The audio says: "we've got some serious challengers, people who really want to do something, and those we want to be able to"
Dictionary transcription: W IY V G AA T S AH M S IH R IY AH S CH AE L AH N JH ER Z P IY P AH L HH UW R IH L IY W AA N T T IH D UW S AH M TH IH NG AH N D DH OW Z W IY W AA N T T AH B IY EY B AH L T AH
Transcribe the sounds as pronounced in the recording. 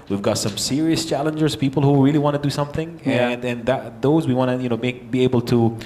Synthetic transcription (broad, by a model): W IY V G AA T S AH M S IH R IY AH S CH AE L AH N JH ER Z P IY P L HH UW R IH L IY W AA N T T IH D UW S AH M TH IH NG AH N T DH OW Z W IY W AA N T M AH B IY EY B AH L T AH